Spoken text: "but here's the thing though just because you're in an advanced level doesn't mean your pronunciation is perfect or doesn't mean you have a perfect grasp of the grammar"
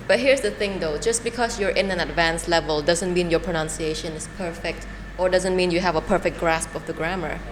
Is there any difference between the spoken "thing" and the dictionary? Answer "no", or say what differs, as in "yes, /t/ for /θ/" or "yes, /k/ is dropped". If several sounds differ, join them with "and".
no